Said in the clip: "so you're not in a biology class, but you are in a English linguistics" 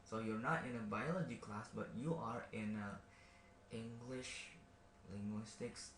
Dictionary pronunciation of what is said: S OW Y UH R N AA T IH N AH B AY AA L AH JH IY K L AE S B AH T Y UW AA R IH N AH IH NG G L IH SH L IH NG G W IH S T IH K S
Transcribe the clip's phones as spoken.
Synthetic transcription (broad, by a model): S OW Y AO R N AA T IH N AH B AY AA L AH JH IY K L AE S B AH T Y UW AA R IH N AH IH NG G L IH SH L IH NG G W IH S T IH K S